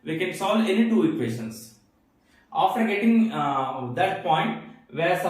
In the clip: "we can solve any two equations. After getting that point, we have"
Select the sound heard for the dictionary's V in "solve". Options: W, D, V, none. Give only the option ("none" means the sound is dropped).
none